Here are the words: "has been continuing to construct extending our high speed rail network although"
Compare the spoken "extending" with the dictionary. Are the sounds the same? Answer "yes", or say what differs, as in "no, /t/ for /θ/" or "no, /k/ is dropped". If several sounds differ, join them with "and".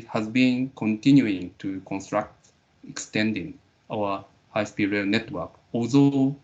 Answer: yes